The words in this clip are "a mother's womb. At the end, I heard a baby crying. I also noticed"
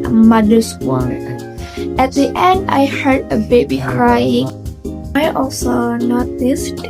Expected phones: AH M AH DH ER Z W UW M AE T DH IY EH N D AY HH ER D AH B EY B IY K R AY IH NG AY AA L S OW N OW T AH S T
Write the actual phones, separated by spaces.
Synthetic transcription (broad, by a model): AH M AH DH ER S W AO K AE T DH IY EH N D AY HH ER D AH B EY B IY K R AY IH NG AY AA L S OW N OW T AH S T